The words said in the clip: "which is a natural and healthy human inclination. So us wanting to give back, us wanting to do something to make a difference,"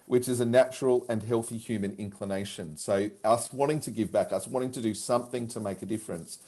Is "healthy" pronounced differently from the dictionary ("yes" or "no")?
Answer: no